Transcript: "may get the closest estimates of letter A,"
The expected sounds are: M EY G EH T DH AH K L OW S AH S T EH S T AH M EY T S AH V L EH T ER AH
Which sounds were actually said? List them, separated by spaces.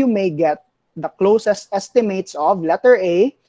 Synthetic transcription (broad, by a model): M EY G EH T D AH K L OW S AH S T EH S T AH M EY T S AH V L EH T ER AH